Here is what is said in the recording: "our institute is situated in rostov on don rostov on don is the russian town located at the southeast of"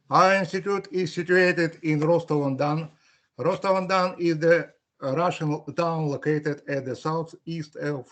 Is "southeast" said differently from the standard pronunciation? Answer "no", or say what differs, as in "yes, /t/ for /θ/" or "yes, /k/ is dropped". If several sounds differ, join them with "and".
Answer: no